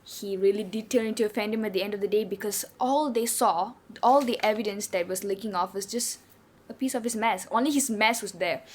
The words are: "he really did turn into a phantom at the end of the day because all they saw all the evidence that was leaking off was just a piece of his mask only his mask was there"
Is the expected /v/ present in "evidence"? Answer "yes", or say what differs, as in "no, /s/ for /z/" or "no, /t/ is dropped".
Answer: yes